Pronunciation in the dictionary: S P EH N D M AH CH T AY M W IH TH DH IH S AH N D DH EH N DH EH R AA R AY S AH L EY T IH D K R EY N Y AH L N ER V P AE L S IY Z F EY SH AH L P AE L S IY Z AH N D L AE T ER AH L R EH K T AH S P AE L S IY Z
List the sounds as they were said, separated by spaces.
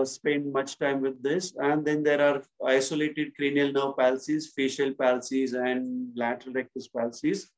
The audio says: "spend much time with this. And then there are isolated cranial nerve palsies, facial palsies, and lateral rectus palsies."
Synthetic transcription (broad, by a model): S P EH N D M AH CH T AY M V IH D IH S AH N D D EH N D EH R AA R AY S AH L EY T IH D K R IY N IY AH L N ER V P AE L S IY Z F EY SH AH L P AE L S IY Z AH N D L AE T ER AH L R EH K T AH S P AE L S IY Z